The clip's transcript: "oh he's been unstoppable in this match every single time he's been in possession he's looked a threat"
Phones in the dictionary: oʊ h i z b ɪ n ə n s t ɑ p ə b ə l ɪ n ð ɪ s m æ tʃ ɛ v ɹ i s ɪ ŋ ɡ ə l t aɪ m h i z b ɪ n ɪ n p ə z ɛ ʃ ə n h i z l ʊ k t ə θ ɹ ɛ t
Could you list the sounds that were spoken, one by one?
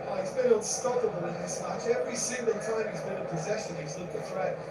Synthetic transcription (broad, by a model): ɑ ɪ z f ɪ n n s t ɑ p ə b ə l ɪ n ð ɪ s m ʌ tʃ ɛ v ɹ i s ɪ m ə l t aɪ m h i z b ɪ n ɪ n p ə z ɛ ʃ ə n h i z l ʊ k ə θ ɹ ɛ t